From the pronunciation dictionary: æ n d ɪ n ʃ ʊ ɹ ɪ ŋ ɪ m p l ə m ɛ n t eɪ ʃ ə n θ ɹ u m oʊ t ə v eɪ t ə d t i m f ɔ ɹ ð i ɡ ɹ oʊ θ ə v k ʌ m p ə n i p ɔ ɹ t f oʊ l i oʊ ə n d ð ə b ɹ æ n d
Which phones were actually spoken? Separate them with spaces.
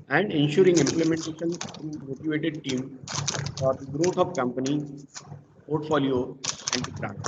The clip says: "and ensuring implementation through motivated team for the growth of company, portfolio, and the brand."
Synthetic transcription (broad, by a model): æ n d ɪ n ʃ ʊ ɹ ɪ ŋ ɪ m p l ə m ɛ n t eɪ ʃ ə n s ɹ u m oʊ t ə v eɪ t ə d t i m f ɔ ɹ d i ɡ ɹ oʊ t ə v k ʌ m p ə n i p ɔ ɹ t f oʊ l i oʊ ə n d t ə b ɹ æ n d